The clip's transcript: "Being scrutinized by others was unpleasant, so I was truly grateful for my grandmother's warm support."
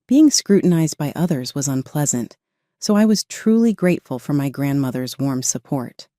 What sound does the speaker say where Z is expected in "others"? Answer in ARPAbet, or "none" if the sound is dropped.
Z